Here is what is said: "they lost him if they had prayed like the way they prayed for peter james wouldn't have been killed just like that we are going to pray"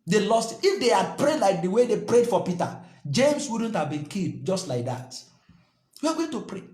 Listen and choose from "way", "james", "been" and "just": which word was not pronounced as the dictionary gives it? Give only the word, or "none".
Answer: james